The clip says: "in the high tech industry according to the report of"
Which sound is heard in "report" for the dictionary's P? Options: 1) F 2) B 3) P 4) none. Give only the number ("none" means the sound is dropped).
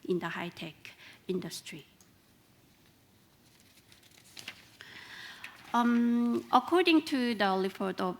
1